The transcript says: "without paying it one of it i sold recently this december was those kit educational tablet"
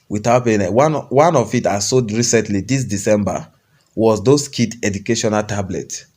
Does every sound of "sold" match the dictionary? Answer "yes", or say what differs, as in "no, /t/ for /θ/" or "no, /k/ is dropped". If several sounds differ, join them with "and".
no, /l/ is dropped